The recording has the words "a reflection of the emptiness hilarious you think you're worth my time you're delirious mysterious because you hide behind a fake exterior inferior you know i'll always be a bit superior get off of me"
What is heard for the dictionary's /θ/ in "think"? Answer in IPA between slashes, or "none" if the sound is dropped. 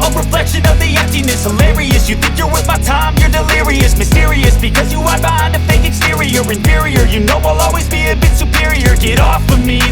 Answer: /θ/